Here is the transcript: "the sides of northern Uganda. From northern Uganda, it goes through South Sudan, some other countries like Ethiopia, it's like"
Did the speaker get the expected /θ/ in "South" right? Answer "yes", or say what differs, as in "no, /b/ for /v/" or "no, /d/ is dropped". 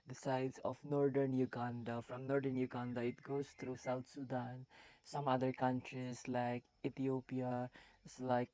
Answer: no, /t/ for /θ/